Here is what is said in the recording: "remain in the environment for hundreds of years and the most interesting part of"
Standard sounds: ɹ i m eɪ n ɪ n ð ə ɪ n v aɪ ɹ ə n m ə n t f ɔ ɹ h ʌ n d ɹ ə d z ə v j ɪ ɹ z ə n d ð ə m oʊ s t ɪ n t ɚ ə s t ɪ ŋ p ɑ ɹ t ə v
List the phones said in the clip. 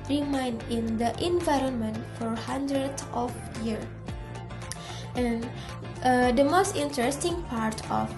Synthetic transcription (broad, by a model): ɹ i m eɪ n ɪ n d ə ɪ n v aɪ ɹ ə n m ə n t f ɔ ɹ h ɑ n d ɹ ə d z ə f j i ɹ ə n d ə m oʊ s t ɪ n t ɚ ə s t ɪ ŋ p ɑ ɹ t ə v